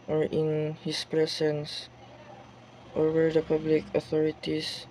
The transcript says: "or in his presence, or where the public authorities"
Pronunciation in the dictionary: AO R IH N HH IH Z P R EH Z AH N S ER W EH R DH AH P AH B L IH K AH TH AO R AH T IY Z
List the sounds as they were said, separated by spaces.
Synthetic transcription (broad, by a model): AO R IH N HH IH S P R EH S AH N S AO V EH R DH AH P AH B L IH K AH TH AO R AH T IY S